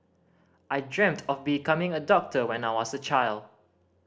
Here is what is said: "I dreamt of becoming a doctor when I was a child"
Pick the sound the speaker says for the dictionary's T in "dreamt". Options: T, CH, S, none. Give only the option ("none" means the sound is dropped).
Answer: T